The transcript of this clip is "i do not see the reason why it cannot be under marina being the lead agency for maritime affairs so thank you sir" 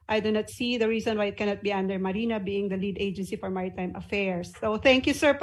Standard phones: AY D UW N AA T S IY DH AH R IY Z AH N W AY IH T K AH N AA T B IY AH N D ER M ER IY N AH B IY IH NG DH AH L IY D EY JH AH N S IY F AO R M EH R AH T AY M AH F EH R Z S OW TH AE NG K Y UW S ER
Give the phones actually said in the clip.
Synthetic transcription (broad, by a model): AY D UW N AA T S IY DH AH R IY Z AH N W AY IH T K AH N AA T B IY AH N D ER M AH IY N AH B IY IH NG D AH L IY D EY JH AH N S IY F AO R M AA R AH T AY M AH F EH R S OW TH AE NG K Y UW S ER